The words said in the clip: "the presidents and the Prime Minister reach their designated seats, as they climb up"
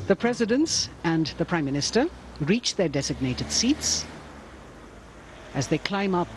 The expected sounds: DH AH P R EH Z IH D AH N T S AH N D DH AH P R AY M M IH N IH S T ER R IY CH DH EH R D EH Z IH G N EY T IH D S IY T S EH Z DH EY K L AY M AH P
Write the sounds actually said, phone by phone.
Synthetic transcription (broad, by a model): DH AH P R EH Z IH D AH N T S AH N DH AH P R AY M M IH N IH S T ER R IY CH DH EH R D EH Z IH G N EY T IH D S IY T S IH Z DH EY K L AY M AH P